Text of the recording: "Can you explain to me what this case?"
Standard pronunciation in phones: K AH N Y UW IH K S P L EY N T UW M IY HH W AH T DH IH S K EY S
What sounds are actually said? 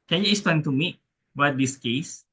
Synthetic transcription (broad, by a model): K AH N Y UW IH S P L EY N T UW M IY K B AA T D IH S K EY S